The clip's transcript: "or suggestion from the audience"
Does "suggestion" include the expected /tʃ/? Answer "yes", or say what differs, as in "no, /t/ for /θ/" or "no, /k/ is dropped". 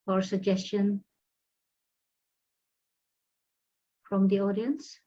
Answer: yes